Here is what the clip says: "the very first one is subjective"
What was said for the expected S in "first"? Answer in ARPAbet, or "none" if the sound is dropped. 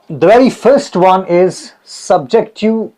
S